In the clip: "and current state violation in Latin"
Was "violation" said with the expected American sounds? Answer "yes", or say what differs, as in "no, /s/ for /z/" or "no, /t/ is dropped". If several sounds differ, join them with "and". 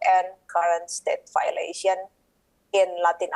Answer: no, /f/ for /v/